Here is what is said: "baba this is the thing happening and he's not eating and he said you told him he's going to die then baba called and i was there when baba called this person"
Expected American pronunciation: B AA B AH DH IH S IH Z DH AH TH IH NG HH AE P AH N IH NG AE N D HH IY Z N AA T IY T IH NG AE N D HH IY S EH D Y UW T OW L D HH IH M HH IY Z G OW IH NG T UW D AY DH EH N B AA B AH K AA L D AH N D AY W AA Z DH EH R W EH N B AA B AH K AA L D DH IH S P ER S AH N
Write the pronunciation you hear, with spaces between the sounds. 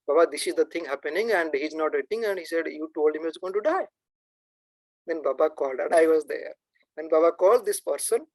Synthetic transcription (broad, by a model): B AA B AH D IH S IH Z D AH T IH NG HH AE P AH N IH NG AE N D HH IY Z N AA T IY T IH NG AE N D HH IY S EH D Y UW T OW L D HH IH M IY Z G OW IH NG T UW D AY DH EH N B AA B AH K AA L D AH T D AY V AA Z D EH R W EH N B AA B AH K AA L D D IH S P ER S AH N